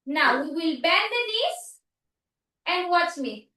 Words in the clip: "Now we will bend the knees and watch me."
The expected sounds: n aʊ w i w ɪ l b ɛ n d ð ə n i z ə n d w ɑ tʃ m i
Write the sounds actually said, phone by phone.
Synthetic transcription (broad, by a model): n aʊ w i w ɪ l b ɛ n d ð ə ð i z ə n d w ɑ s m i